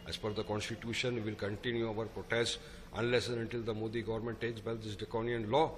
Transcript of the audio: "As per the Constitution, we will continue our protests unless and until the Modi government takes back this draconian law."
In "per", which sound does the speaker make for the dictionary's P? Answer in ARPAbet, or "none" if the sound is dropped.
F